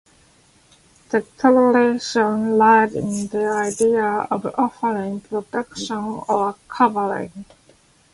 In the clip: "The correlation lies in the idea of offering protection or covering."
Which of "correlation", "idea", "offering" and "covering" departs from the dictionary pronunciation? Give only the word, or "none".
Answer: correlation